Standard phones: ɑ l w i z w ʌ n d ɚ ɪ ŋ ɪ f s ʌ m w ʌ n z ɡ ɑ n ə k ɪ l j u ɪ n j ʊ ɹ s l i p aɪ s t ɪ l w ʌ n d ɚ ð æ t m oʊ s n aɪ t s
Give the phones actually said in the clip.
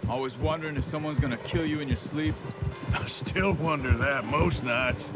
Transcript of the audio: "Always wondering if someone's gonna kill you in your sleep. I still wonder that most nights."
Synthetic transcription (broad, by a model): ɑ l w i z w ʌ n d ɚ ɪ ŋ ɪ f s ʌ m w ʌ n z ɡ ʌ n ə k ɪ l j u ɪ n j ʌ ɹ s l i p aɪ s t ɪ l w ʌ n d ɚ ð æ t m oʊ s n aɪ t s